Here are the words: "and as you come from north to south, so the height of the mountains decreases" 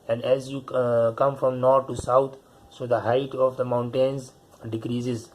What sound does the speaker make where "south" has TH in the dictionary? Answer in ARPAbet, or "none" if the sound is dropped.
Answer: T